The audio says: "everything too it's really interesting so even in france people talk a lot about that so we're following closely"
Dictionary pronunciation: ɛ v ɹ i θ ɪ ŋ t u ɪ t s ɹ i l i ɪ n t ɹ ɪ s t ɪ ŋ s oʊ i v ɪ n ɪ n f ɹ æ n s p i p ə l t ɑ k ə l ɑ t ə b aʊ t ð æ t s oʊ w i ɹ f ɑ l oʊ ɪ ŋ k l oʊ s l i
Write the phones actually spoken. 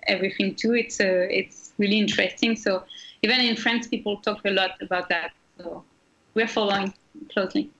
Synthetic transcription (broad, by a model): ɛ v ɹ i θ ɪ ŋ t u ɪ t s ɹ i l i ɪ n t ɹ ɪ s t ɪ ŋ s oʊ i v ɪ n ɪ n f ɹ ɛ n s p i p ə l t ɑ k ə l ɑ t ə b aʊ t ð æ t s oʊ w i ɹ f ɑ l oʊ ɪ ŋ k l oʊ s l i